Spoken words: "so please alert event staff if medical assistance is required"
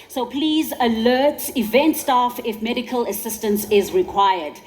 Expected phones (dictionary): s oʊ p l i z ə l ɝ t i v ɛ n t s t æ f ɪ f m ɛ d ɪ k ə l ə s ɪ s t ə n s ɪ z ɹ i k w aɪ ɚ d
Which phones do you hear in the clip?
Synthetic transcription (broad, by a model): s oʊ p l i z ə l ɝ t i v ɛ n t s t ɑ f ɪ f m ɛ d ɪ k ə l ə s ɪ s t ə n s ɪ z ɹ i k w aɪ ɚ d